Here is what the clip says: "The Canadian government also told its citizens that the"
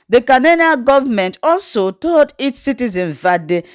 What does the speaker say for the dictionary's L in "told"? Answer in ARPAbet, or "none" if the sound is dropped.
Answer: none